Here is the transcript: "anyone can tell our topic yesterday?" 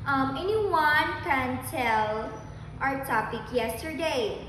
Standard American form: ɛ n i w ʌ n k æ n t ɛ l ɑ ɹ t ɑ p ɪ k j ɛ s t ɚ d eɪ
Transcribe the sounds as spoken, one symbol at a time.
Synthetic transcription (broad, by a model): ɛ n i w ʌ n k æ n t ɛ l ɑ ɹ t ɑ p ɪ k j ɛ s t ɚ d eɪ